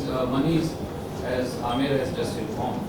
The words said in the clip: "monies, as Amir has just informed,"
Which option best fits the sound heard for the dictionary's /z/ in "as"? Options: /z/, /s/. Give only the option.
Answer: /z/